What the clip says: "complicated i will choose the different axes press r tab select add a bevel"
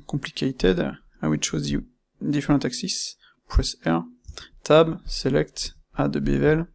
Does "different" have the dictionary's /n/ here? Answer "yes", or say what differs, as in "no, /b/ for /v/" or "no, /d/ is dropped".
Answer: no, /n/ is dropped